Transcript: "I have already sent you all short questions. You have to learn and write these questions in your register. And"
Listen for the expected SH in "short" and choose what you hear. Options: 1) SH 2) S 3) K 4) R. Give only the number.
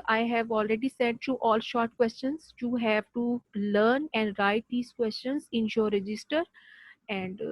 1